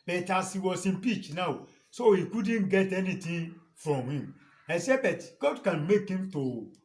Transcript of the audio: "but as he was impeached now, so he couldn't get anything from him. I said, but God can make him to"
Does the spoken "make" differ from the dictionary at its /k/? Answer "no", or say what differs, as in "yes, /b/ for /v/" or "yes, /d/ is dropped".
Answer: no